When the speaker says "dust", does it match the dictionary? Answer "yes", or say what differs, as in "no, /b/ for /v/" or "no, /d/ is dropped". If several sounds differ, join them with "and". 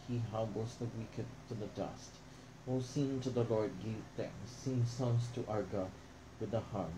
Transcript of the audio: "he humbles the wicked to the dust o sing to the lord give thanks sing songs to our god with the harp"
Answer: yes